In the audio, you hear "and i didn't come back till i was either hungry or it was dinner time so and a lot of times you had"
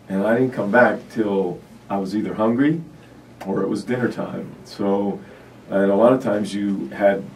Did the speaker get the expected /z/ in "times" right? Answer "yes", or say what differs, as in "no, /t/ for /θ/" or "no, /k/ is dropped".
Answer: yes